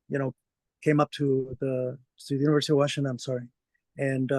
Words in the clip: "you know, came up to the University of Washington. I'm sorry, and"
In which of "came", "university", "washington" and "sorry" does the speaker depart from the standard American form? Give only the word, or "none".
washington